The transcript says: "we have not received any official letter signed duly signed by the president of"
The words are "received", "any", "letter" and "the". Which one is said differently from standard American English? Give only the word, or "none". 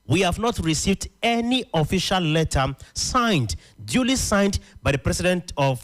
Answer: none